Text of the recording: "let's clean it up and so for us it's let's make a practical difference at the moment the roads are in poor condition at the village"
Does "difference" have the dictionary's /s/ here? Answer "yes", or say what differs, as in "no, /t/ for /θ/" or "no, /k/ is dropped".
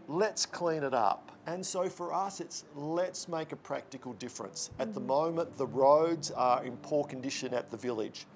yes